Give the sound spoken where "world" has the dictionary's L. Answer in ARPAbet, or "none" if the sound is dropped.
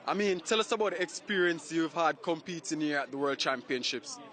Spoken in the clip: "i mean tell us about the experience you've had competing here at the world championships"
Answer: L